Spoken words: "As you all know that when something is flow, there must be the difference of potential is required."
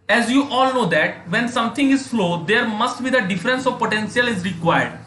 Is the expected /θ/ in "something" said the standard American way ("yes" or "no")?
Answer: no